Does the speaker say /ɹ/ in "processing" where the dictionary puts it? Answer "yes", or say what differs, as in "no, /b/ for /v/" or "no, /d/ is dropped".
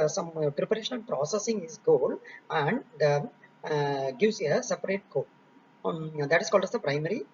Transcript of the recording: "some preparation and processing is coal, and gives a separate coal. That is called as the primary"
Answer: yes